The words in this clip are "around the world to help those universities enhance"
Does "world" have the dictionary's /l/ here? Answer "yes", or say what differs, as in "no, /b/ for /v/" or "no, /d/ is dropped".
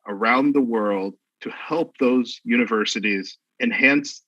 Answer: yes